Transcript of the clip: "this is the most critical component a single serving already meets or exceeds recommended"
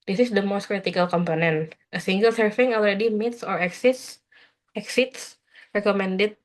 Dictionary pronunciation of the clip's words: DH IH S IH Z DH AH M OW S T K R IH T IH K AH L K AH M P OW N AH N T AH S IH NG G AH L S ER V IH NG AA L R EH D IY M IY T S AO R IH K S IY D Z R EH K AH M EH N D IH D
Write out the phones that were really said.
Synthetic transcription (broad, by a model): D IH S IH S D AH M OW S T K R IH T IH K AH L K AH M P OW N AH N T AH S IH NG G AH L S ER F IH NG AA L R EH D IY M IY T S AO R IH K S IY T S R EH K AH M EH N D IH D